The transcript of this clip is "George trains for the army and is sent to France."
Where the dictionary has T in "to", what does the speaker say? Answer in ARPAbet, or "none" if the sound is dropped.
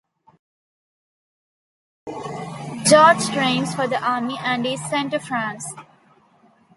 T